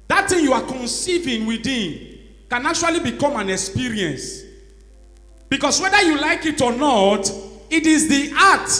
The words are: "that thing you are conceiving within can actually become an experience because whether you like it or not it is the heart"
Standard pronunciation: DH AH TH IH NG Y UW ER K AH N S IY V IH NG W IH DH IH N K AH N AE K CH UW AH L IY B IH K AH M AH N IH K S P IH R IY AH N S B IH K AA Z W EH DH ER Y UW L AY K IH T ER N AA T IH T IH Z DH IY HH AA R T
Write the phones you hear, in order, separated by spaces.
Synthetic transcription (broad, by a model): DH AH T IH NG Y UW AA K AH N S IY V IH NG W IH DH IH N K AH N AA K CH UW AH L IY B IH K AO M AH N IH K S P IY R IY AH N S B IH K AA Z W EH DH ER Y UW L AY K IH T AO N AA T IH T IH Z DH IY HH AA T